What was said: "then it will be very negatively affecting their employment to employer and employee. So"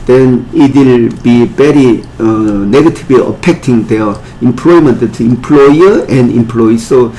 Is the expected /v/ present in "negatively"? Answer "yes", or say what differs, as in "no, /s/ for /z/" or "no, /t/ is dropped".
no, /b/ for /v/